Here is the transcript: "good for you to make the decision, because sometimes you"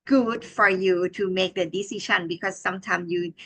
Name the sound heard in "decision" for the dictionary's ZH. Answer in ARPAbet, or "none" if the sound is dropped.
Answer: SH